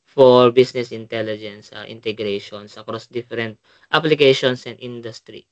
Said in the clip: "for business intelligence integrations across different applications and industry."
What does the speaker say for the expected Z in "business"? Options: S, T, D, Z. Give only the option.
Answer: S